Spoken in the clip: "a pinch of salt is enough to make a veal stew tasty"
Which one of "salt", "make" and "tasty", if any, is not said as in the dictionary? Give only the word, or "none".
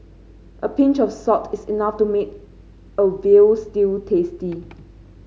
salt